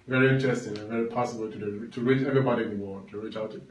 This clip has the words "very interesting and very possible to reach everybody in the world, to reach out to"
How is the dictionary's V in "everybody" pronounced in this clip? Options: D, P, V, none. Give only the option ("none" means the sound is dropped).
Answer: V